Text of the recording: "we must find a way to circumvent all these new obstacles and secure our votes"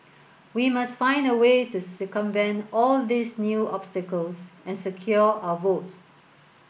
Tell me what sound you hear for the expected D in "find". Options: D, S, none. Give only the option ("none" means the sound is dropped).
D